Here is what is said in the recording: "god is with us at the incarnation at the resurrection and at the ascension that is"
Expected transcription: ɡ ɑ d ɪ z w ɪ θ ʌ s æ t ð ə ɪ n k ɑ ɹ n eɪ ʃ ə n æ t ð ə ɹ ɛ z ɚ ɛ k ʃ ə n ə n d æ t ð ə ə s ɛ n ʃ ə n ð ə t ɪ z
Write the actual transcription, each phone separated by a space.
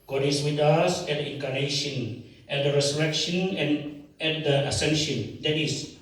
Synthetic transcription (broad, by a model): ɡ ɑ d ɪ s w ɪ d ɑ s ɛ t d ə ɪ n k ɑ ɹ n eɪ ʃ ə n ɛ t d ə ɹ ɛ s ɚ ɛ k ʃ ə n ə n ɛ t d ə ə s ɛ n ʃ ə n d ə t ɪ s